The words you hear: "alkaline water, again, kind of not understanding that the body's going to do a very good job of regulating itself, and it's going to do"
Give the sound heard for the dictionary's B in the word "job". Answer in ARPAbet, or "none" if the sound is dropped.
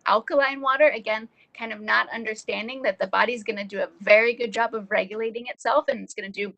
B